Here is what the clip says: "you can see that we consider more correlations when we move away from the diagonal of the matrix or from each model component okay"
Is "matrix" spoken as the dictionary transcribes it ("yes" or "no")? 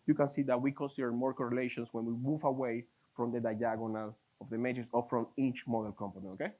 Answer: no